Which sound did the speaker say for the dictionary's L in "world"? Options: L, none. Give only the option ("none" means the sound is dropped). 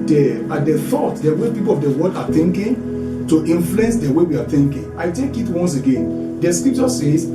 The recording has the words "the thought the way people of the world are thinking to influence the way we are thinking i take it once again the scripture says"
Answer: none